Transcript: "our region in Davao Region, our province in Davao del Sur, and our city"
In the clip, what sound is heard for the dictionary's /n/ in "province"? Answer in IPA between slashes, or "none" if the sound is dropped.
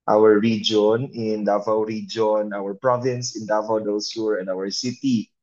/n/